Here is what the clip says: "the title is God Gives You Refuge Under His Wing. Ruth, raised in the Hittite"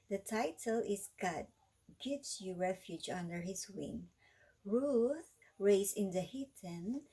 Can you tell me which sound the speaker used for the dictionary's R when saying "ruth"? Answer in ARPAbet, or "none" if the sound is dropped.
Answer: R